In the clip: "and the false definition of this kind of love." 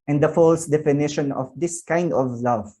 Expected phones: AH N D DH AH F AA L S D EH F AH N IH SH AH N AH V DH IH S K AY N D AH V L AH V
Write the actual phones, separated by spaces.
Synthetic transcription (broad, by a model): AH N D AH F AA L S D EH F AH N IH SH AH N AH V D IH S K AY N D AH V L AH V